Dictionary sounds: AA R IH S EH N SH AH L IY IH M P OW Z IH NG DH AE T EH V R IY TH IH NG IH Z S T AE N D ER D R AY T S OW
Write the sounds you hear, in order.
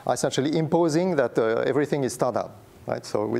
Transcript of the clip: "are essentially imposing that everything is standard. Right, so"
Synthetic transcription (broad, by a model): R IH S EH N SH AH L IY IH M P OW Z IH NG DH AE T EH V R IY TH IH NG IH Z S T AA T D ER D R AY T S OW